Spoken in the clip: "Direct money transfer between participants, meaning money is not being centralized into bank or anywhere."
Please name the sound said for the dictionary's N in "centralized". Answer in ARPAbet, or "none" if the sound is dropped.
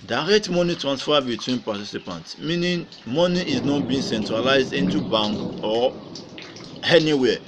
N